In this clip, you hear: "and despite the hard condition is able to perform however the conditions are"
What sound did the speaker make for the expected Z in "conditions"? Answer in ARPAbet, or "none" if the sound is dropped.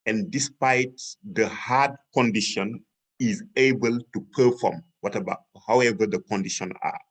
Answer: none